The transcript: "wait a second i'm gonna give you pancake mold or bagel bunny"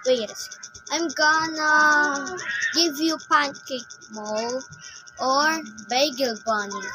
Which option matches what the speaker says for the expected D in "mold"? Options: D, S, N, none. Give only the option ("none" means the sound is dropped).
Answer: none